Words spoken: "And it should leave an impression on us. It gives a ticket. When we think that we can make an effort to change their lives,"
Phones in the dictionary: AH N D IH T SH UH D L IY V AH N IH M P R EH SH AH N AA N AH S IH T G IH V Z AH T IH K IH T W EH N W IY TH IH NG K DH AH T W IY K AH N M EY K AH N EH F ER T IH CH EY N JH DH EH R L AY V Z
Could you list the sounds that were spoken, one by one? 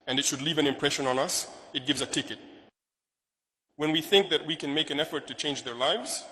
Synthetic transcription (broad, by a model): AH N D IH T SH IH D L IY V AH N IH M P R EH SH AH N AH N AH S IH T G IH V Z AH T IH K IH T W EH N W IY TH IH NG K DH AH T W IY K AH N M EY K AH N EH F ER T IH CH EY N JH DH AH R L AY V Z